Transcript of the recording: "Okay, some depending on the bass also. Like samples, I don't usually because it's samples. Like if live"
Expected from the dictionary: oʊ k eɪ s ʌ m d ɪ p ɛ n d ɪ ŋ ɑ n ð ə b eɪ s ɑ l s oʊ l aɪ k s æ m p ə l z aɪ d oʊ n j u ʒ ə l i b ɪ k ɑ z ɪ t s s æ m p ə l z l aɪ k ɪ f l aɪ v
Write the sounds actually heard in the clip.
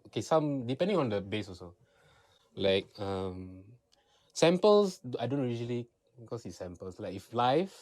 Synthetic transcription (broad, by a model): oʊ k eɪ s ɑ m d ɪ p ɛ n d ɪ ŋ ɑ n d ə b eɪ s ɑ s oʊ l aɪ k s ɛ m p ə l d aɪ d oʊ n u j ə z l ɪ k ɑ s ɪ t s s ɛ m p ə l s l aɪ k ɪ f l aɪ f